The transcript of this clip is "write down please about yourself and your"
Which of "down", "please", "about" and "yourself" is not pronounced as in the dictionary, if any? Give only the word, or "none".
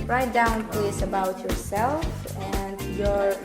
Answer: please